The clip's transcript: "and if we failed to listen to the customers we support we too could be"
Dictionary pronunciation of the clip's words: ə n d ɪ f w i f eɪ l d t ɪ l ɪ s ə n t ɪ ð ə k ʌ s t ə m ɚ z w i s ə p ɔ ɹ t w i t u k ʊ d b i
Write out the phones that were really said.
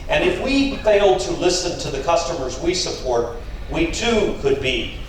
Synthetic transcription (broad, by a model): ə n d ɪ f w i f eɪ l d t ɪ l ɪ s ə n t ɪ ð ə k ʌ s t ə m ɚ z w i s ə p ɔ ɹ t w i t u k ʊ d b i